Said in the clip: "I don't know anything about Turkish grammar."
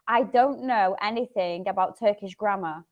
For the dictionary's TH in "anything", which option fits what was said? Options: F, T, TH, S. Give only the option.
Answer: TH